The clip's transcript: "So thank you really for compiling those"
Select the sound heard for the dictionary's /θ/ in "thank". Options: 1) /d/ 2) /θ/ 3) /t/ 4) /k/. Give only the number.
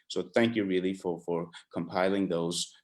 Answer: 2